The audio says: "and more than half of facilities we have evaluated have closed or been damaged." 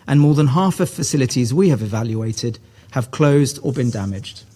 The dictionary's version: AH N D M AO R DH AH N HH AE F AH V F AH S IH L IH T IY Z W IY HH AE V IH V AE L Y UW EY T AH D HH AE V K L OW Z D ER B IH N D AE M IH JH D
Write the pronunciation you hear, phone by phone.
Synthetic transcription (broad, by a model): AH N M AO DH AH N HH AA F AH V F AH S IH L IH T IY Z W IY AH V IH V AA L Y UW EY T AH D HH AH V K L OW Z D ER B IH N D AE M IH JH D